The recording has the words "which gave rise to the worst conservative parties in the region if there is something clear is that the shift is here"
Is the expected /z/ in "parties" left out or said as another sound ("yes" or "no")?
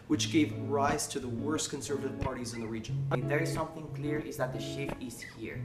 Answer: no